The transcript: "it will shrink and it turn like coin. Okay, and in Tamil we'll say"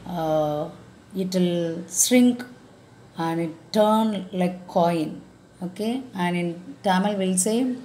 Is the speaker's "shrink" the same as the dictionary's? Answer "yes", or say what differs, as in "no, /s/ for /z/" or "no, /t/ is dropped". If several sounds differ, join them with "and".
no, /s/ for /ʃ/